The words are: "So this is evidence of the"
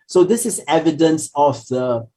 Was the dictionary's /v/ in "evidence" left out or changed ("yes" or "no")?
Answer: no